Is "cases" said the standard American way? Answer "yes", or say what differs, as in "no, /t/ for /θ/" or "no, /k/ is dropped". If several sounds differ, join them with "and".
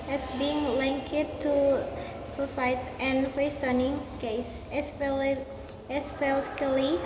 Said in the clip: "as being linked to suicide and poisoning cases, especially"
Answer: no, /z/ is dropped